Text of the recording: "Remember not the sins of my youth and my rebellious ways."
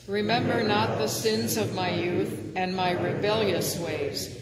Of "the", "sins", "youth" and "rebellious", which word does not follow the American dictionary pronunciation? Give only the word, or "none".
none